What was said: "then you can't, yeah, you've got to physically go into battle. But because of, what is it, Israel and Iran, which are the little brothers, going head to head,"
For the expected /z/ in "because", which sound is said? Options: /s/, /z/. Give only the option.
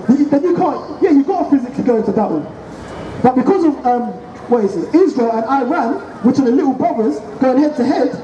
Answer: /z/